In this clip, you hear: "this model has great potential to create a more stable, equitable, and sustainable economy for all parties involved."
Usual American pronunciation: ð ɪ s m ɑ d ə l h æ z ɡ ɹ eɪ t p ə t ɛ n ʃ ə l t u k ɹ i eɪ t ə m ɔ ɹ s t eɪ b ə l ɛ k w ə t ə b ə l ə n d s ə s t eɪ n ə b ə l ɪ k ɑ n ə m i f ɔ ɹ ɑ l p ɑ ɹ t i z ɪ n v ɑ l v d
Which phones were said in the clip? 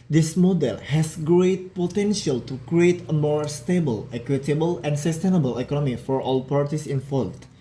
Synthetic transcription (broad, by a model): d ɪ s m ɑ d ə l h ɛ s ɡ ɹ eɪ t p ə t ɛ n ʃ ə l t u k ɹ i eɪ t ə m ɔ ɹ s t eɪ b ə l ɛ k w ə t ə b ə l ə n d s ə s t eɪ n ə b ə l ɪ k ɑ n ə m i f ɔ ɹ ɑ l p ɑ ɹ t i s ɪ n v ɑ l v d